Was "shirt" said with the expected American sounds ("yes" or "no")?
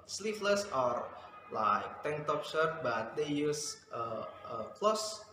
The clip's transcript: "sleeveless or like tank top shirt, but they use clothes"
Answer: no